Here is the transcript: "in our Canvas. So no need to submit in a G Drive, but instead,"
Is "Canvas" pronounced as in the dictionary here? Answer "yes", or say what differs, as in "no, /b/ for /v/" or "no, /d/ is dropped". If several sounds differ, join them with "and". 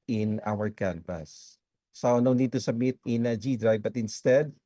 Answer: no, /p/ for /v/